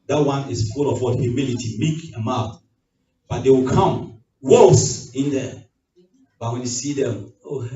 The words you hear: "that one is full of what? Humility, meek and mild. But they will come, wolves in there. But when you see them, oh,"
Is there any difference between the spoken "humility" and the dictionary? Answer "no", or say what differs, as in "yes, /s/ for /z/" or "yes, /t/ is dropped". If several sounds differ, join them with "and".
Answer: no